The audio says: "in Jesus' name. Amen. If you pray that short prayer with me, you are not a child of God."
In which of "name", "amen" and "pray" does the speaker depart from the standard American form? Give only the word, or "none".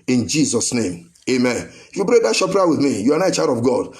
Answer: pray